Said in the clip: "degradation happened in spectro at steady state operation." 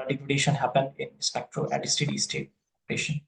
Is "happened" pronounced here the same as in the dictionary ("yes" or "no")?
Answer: yes